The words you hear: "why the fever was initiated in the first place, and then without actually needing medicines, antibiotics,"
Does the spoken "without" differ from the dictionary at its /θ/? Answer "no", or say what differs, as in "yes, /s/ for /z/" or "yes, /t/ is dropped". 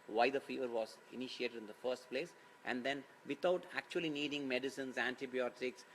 yes, /t/ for /θ/